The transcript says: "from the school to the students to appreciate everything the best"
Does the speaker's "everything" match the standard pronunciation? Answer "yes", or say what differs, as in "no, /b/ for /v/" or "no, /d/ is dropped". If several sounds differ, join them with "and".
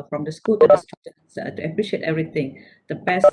no, /t/ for /θ/